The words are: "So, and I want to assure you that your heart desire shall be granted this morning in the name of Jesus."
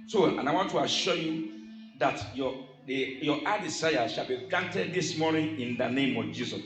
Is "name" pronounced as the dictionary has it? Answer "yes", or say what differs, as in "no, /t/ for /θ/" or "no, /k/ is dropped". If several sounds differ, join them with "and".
yes